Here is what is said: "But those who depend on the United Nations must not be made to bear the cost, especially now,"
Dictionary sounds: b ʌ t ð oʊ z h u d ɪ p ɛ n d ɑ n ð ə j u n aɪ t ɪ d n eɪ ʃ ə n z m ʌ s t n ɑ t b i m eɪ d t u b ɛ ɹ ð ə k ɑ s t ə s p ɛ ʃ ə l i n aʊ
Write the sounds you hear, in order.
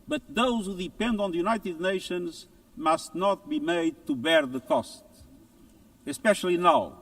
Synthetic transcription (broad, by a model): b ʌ t ð oʊ z h u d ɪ p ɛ n d ɑ n ð ə j u n aɪ t ɪ d n eɪ ʃ ə n z m ʌ s t n ɑ t b i m eɪ d t u b ɛ ɹ ð ə k ɑ s t ə s p ɛ ʃ ə l i n aʊ